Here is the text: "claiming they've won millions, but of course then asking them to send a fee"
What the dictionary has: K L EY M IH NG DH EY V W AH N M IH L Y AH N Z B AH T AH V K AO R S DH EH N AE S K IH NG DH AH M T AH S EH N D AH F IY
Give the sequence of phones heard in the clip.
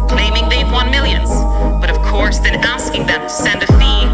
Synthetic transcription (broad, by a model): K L EY M IH NG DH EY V W AH N M IH L Y AH N Z B AH T AH V K AO R S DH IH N AE S K IH NG DH AH M T AH S EH N D AH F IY